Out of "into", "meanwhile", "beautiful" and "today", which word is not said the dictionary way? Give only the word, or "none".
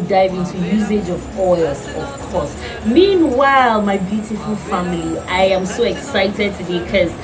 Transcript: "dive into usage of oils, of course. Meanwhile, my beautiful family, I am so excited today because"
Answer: none